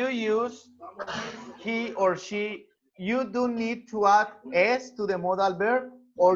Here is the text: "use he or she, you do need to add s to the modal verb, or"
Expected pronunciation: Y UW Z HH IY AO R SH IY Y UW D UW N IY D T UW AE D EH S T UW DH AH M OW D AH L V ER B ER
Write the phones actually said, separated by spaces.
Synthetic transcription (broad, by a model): Y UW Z HH IY AO R SH IY Y UW D UW N IY D T UW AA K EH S T UW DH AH M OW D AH L B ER AO